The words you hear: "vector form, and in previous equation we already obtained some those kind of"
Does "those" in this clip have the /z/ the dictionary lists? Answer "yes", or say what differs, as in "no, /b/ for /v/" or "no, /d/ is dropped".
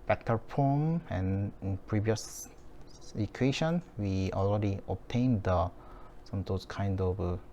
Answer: no, /s/ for /z/